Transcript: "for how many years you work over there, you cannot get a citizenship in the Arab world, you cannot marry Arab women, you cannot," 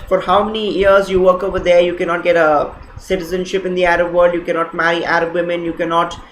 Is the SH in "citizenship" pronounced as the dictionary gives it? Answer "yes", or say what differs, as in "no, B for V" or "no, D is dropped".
yes